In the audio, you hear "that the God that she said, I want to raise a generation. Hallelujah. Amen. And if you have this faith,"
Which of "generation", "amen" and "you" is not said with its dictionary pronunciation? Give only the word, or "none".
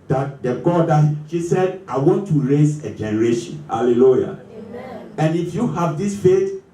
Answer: amen